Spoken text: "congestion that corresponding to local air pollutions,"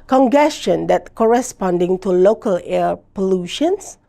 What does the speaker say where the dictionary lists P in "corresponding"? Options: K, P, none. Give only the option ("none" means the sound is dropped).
P